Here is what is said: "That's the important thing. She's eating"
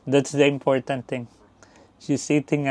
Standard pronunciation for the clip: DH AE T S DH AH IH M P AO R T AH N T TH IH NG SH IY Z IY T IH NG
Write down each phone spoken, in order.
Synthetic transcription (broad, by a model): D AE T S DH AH IH M P AO R T AH N T T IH NG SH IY S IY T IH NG